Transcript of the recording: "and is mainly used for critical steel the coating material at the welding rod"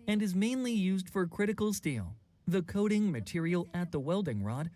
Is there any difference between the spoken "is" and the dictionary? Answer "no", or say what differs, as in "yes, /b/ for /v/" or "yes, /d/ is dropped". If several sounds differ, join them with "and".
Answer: no